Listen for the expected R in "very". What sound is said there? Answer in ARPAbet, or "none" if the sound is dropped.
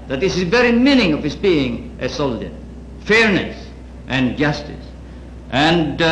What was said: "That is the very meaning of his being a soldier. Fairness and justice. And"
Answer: R